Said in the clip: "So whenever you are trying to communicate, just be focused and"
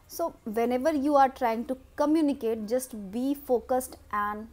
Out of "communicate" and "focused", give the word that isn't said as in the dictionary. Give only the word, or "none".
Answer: none